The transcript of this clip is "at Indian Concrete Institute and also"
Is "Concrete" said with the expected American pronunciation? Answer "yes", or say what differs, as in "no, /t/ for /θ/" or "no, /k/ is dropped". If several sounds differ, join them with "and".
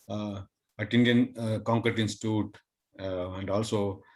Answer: no, /ɹ/ is dropped